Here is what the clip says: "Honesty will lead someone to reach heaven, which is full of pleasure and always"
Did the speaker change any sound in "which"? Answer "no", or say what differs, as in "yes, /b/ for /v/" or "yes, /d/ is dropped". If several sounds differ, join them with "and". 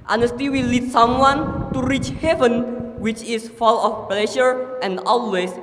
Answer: no